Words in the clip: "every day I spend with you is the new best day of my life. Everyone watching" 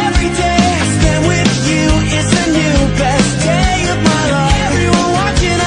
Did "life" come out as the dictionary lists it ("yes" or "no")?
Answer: no